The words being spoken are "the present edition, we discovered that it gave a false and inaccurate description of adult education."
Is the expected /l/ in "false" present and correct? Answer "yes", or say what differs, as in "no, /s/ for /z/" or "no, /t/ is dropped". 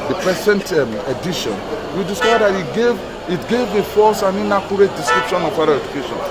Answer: no, /l/ is dropped